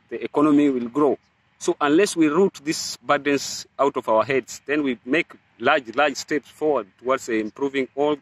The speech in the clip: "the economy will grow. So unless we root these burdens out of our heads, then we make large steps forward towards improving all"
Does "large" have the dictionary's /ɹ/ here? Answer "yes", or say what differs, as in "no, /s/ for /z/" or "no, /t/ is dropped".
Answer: no, /l/ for /ɹ/